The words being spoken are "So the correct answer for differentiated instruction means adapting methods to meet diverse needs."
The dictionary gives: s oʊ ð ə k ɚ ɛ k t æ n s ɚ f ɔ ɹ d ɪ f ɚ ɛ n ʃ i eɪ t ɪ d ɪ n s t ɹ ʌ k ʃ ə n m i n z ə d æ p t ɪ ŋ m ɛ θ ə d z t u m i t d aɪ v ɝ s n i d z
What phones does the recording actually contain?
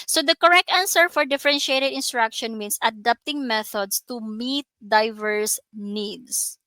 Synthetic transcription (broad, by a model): s oʊ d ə k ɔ ɛ k t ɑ n s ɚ f ɔ ɹ d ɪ f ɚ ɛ n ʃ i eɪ t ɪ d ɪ n s t ɹ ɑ k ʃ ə n m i n s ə d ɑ p t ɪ ŋ m ɛ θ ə d s t u m i t d aɪ v ɝ s n i d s